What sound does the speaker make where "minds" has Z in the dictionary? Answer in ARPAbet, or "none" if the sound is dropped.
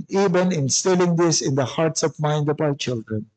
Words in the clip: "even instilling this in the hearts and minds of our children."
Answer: none